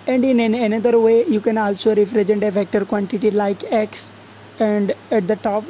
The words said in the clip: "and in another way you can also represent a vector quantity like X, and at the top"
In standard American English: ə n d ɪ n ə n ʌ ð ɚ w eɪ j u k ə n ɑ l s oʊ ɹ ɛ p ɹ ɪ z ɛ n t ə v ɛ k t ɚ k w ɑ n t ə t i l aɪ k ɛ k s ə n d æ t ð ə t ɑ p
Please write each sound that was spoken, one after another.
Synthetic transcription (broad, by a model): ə n d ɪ n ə n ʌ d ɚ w eɪ j u k ə n ɑ l s oʊ ɹ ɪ f ɹ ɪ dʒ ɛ n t ə v ɛ k t ɚ k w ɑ n t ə t i l aɪ k ɛ k s ə n d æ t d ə t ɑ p